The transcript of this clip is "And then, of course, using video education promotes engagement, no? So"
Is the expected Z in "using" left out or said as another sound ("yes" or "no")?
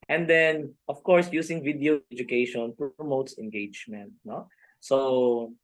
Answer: yes